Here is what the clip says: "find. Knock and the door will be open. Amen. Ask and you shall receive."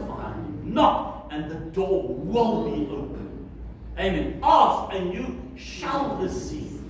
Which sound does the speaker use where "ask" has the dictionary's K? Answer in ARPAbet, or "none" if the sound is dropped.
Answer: none